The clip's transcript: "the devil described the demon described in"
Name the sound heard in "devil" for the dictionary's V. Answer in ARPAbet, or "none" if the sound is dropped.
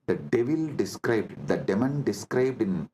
V